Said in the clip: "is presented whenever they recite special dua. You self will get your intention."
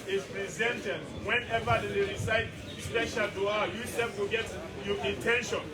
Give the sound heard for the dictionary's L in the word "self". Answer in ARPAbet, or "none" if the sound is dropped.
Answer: none